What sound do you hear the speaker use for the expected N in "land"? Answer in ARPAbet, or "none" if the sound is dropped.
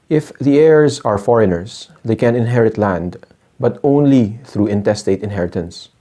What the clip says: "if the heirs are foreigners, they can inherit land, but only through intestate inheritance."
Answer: N